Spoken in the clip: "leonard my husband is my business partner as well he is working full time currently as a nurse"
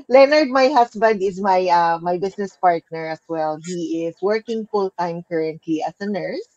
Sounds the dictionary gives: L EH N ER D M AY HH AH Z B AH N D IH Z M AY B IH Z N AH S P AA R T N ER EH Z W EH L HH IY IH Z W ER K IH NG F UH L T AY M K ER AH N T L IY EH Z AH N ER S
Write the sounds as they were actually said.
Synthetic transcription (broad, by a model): L EH N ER D M AY HH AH S B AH N D IH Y M AY B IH S N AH S P AA R T N ER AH S W EH L HH IY IH S W ER K IH NG F UH L T AY M K ER AH N T L IY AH S AH N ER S